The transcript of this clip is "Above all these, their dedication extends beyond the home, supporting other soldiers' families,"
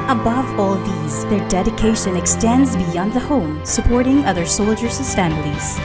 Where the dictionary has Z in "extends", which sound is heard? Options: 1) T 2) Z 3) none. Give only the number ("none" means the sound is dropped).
2